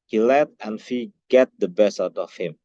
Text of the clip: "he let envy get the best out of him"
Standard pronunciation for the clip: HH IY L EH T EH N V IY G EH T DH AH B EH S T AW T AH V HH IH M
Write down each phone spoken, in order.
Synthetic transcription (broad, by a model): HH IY L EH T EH N F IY G EH T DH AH B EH S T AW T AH F HH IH M